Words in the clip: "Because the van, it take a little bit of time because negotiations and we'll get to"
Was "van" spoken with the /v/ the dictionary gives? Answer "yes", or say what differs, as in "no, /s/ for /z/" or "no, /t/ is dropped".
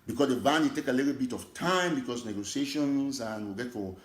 no, /b/ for /v/